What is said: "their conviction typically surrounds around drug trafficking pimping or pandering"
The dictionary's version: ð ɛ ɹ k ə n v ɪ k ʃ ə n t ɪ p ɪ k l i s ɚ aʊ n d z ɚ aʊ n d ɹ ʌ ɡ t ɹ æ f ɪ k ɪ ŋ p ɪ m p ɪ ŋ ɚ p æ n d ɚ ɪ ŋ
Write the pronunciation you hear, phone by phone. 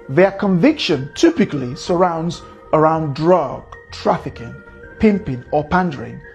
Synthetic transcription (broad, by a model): ð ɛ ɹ k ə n v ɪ k ʃ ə n t ɪ p ɪ k l i s ɚ aʊ n d z ɚ aʊ n d ɹ ʌ ɡ t ɹ æ f ɪ k ɪ ŋ p ɪ m p ɪ ŋ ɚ p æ n d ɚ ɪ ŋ